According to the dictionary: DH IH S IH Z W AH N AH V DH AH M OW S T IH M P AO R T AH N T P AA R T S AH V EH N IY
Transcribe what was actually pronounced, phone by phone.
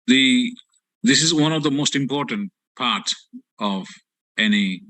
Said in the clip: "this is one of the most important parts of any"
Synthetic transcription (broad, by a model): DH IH S IH Z W AH N AH V DH AH M OW S T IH M P AO R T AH N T P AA R T AH V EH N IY